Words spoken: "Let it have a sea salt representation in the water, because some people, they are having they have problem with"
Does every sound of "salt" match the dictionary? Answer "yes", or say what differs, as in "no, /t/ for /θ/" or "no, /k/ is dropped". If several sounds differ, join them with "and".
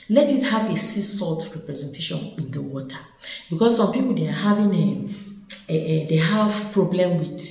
yes